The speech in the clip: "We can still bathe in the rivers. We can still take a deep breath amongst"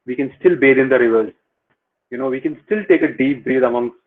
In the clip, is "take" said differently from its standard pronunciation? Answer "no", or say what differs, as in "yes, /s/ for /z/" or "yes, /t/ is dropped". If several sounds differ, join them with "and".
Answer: no